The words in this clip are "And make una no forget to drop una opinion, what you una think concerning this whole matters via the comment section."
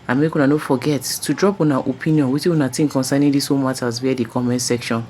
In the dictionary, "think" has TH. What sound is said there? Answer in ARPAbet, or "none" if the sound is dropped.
T